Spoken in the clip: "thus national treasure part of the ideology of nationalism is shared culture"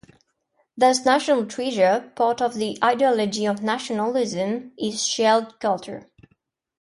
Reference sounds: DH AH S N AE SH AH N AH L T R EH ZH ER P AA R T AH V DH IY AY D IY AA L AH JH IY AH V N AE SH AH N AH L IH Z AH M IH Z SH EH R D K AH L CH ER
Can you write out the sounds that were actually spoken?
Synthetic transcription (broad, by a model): DH AH S N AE SH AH N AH L T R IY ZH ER P AA R T AH V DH IY AY D IY AA L AH JH IY AH V N AE SH AH N AH L IH Z AH M IH Z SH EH L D K AH L CH ER